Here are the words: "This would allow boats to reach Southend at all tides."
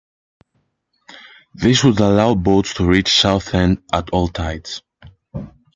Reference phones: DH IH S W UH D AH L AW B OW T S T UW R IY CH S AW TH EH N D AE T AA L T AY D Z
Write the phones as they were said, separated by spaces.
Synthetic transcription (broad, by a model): DH IH S W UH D AH L AW B OW T S T UW R IY CH S AW TH EH N D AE T AA L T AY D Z